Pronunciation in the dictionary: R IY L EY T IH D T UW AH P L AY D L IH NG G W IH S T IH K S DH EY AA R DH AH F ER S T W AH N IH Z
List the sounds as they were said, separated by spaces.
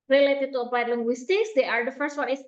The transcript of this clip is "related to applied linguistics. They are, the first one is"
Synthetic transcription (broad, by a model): R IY L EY T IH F T UW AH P AY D L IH NG G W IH S T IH K S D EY AA R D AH F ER S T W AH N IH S